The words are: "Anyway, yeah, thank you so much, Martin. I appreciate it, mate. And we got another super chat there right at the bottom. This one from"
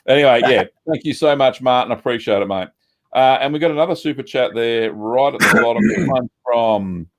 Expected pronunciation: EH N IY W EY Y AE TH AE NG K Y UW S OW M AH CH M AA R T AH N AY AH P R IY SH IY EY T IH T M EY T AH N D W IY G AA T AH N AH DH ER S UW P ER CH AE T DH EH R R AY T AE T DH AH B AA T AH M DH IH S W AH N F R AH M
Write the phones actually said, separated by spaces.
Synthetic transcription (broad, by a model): EH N IY W EY Y AE TH AE NG K Y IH S OW M AH CH M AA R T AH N AH P R IY SH IY EY T IH T M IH T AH N W IY G AA T AH N AH DH ER S UW P ER CH AE T DH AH R R AY T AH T DH AH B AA T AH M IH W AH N F R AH M